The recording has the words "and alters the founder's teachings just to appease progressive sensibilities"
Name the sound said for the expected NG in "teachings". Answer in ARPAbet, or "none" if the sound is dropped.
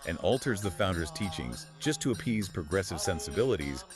NG